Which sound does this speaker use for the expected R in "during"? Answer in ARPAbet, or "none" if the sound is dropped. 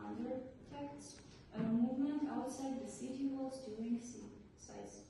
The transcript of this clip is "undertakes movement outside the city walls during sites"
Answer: none